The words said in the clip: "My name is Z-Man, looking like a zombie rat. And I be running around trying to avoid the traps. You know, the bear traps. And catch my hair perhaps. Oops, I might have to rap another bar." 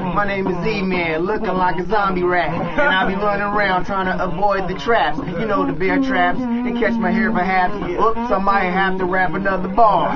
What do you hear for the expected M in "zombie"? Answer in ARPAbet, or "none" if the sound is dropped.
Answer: M